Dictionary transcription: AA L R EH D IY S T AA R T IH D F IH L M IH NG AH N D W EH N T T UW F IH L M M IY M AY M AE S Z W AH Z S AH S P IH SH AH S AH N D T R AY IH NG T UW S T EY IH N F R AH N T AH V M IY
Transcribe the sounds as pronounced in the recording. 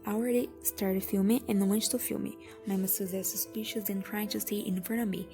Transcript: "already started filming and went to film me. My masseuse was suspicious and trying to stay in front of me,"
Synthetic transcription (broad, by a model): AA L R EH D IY S T AA R T IH D F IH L M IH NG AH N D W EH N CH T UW F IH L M M IY M AY M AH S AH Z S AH S P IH SH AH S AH N T R AY IH NG T UW S T IH N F AH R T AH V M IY